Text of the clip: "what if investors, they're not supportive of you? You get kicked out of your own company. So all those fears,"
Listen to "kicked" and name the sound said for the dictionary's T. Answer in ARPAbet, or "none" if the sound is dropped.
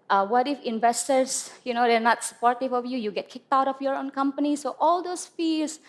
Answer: T